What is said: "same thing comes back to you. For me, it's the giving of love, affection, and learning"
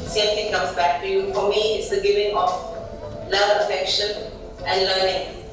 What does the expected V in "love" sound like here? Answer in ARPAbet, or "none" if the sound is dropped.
none